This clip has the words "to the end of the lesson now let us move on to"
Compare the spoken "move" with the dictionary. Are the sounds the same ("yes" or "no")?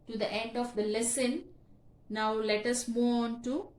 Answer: no